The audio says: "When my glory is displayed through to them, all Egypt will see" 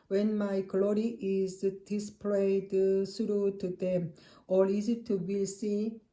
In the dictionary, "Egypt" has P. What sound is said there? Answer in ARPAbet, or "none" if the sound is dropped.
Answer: none